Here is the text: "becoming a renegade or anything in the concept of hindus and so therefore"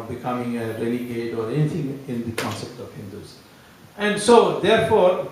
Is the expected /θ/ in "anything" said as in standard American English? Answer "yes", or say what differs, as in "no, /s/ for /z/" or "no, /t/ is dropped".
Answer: no, /t/ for /θ/